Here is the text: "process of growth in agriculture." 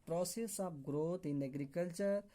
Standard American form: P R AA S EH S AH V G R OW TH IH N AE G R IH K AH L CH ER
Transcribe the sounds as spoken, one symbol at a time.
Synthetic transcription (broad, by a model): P R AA S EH S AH P G R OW T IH N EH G R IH K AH L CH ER